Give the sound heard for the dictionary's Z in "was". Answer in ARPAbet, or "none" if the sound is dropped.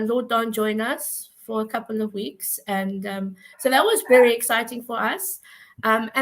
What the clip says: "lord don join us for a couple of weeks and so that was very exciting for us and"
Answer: Z